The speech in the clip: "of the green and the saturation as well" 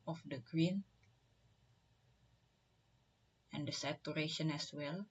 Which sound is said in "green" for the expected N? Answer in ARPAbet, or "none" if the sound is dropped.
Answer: N